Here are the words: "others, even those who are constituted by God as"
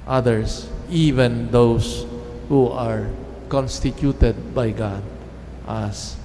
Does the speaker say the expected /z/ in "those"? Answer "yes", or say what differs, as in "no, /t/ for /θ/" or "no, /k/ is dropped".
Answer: no, /s/ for /z/